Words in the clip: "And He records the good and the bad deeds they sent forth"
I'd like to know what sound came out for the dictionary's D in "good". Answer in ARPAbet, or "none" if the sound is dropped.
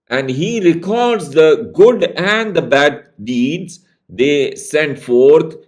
D